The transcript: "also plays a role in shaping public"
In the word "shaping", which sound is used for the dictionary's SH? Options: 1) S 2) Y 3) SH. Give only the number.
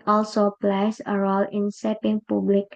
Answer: 1